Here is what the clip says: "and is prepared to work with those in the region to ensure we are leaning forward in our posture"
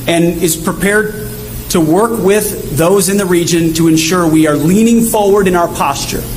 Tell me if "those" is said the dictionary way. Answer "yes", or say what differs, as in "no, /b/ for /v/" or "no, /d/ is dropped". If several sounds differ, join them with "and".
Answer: yes